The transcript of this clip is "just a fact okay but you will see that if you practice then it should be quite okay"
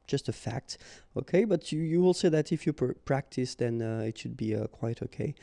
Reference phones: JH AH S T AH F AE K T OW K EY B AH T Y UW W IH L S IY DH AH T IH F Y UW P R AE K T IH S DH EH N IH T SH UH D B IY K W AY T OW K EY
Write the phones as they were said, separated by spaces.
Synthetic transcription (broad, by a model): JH AH S T AH F AE K T OW K EY B AH T Y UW W IH L S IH DH AH T IH F Y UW P R AE K T IH S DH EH N IH T SH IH D B IY K W AY T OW K EY